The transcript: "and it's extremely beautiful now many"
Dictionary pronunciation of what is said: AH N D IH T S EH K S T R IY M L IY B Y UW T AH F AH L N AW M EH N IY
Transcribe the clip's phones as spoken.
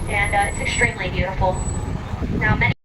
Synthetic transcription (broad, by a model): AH N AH IH T S EH K S T R IY M L IY B Y UW T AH F L N AW M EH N